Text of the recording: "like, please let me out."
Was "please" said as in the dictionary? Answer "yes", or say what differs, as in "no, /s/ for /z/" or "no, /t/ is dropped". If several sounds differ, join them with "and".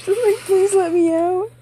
yes